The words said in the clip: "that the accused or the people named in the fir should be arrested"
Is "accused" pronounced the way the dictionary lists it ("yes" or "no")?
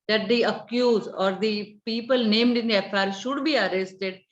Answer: no